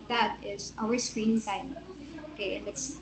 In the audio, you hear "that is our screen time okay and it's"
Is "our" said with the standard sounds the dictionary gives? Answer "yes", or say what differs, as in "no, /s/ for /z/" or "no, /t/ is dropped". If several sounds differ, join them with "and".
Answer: no, /w/ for /ɹ/